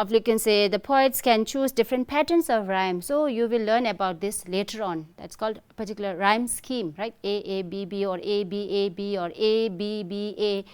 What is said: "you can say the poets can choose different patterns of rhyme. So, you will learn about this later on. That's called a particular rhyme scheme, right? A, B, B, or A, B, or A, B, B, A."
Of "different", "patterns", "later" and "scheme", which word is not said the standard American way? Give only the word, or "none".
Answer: patterns